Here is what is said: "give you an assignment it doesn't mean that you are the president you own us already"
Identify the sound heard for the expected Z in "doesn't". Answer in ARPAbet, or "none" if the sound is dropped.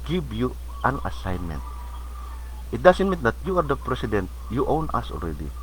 S